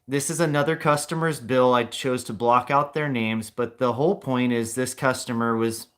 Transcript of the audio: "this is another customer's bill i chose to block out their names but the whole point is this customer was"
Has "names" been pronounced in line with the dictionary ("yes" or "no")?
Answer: yes